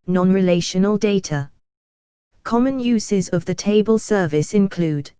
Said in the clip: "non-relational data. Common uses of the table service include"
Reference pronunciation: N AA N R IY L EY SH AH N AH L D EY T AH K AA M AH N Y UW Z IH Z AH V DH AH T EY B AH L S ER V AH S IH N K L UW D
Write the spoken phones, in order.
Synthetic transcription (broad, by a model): N AA N R IY L EY SH AH N AH L D EY T AH K AA M AH N Y UW Z IH Z AH V DH AH T EY B AH L S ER V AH S IH N K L UW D